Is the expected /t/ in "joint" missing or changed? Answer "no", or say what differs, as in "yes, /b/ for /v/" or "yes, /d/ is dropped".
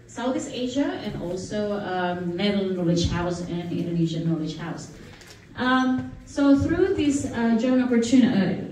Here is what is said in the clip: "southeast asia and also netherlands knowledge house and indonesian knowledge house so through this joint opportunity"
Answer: yes, /t/ is dropped